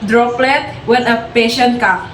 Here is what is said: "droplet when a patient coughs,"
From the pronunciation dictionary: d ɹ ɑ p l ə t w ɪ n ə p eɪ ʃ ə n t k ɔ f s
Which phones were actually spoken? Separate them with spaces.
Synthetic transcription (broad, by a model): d ɹ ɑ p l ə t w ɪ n ə p eɪ ʃ ə n t k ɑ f